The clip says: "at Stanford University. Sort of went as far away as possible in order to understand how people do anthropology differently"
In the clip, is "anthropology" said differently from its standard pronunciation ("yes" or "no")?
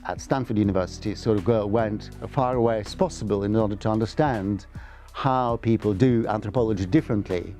no